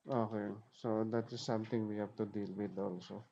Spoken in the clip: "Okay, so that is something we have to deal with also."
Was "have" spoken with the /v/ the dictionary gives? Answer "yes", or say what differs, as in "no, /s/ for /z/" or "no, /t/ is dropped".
no, /p/ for /v/